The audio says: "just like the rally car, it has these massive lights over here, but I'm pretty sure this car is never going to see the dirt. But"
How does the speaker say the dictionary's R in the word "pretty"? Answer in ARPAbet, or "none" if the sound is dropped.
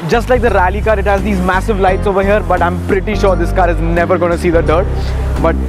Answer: R